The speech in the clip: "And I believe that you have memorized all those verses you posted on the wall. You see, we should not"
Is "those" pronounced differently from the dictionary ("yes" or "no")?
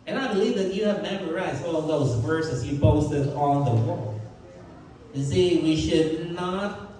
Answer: no